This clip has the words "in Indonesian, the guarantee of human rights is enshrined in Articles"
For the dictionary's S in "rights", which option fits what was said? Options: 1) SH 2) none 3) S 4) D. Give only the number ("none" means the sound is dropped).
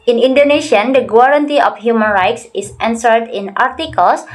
3